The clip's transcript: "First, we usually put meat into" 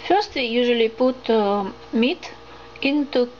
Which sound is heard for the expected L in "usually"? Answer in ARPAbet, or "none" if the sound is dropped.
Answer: L